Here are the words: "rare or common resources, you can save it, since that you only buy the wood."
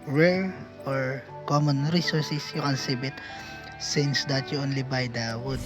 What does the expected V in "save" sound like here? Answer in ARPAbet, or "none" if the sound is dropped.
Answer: B